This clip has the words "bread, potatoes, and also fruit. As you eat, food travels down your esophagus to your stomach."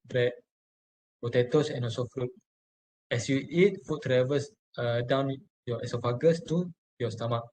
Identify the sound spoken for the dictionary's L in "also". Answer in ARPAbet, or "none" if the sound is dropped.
none